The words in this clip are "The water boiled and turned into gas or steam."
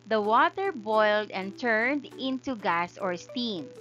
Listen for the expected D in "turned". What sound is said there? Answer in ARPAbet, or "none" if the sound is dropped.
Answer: D